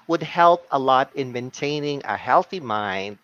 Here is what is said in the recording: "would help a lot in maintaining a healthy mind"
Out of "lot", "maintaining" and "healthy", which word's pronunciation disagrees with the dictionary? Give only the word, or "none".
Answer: none